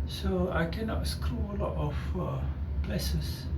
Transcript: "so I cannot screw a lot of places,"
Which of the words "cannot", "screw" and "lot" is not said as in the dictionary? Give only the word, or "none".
none